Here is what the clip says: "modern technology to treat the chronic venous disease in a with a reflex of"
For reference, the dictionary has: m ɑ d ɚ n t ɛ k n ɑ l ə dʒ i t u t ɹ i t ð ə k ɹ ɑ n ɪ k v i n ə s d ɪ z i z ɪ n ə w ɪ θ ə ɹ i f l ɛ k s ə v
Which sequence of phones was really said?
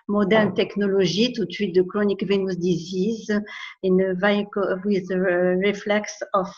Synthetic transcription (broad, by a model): m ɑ d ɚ n t ɛ k n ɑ l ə ʒ i t u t i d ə k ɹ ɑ n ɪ k v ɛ n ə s d ɪ z i z ɪ n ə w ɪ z ə ɹ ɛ f l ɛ k s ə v